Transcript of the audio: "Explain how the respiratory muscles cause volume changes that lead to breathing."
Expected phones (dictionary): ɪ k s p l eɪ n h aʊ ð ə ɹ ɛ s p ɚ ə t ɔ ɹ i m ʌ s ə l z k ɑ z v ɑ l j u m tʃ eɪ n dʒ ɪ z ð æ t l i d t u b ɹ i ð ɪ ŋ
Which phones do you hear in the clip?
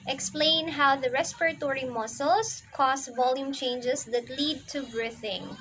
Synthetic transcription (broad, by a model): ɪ k s p l eɪ n h aʊ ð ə ɹ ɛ s p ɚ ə t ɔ ɹ i m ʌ s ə l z k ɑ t v ɑ l j u m tʃ eɪ n dʒ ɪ s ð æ t l i d t u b ɹ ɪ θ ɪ ŋ